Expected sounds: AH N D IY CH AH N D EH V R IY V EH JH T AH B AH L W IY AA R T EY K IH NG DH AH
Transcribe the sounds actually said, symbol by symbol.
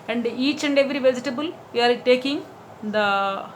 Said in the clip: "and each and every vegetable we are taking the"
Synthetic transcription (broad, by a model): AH N D IY CH AH N D EH V R IY V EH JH T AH B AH L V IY AA R T EY K IH NG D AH